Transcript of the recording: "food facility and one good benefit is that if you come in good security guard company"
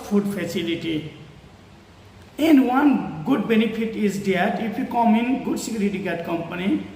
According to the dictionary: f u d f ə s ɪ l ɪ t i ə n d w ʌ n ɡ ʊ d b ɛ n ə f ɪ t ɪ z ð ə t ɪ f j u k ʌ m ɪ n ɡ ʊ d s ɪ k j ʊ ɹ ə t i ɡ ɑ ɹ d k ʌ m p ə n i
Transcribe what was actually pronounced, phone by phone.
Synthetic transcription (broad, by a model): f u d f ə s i l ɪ t i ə n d w ʌ n ɡ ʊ d b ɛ n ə p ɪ t ɪ z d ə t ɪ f j u k ʌ m ɪ n ɡ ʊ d s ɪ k j ɹ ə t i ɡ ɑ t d k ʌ m p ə n i